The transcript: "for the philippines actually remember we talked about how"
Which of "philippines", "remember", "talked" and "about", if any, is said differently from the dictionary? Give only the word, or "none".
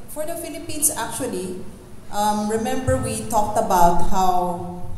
philippines